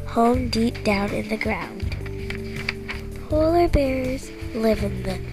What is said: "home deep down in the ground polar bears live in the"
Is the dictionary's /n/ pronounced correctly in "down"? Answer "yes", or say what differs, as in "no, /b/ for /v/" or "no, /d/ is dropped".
yes